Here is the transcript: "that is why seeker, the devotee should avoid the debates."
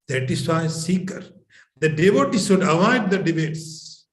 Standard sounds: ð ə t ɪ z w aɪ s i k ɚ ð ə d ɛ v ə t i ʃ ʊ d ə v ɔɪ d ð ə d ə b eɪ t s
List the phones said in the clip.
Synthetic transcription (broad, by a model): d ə t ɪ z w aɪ s i k ɚ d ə d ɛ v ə t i s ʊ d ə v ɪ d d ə d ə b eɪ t s